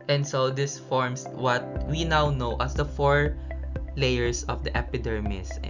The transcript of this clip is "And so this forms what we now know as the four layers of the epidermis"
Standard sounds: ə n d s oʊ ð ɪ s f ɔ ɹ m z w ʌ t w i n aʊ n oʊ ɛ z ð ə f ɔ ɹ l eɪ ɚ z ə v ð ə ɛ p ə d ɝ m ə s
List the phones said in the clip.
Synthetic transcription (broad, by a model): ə n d s oʊ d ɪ s f ɔ ɹ m s w ʌ t w i n aʊ n oʊ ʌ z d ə f ɔ ɹ l eɪ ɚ s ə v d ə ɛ p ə d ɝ m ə s